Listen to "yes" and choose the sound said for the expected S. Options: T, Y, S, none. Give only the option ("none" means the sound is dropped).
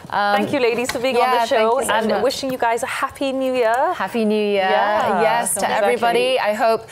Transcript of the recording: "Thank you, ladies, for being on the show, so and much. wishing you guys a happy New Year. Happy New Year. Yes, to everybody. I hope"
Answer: S